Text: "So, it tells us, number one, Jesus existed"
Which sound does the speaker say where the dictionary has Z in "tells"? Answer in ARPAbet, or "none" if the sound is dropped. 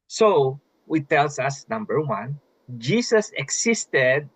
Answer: S